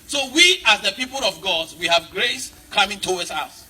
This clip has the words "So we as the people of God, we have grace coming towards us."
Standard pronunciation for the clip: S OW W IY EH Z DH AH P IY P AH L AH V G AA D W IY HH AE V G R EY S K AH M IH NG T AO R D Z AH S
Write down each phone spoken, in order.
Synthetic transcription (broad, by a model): S OW W IY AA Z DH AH P IY P AH L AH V G AA D W IY HH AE V G R EY S K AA M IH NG T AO W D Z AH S